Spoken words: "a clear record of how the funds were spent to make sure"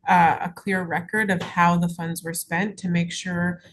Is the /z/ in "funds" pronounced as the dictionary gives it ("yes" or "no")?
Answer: yes